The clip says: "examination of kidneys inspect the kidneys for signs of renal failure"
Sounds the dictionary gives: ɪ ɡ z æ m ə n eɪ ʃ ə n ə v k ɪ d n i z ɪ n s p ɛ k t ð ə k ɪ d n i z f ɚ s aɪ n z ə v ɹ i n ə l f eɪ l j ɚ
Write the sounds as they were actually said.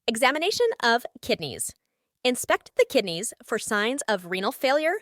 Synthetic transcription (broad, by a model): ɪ ɡ z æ m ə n eɪ ʃ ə n ə v k ɪ d n i z ɪ n s p ɛ k t ð ə k ɪ d n i z f ɚ s aɪ n z ə v ɹ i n l f eɪ l j ɚ